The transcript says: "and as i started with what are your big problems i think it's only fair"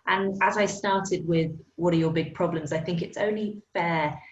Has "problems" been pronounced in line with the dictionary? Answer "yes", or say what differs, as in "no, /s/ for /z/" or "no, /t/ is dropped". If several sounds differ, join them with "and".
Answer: yes